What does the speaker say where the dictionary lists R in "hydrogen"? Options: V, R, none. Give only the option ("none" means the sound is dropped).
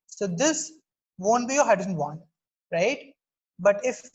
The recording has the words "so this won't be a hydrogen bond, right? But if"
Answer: none